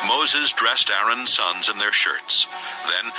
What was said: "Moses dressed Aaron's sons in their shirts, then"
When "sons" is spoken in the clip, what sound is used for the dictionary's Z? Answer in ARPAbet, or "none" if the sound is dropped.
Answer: Z